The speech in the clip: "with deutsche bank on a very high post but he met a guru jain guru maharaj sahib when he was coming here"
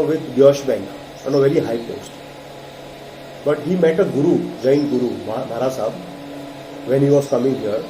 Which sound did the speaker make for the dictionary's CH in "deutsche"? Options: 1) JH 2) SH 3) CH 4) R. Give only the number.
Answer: 2